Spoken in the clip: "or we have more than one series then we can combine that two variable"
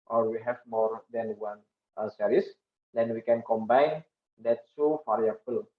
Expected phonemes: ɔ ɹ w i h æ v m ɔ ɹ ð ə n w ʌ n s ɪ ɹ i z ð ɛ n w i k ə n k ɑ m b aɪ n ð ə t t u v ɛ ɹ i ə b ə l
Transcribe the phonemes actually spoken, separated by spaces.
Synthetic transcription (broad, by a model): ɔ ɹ w i h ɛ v m ɔ ɹ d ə n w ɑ n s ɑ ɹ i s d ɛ n w i k ə n k ɑ m b aɪ n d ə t s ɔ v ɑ ɹ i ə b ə l